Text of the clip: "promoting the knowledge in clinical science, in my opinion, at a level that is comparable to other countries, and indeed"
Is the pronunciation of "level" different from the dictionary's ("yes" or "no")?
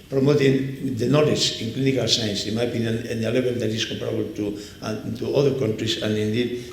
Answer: yes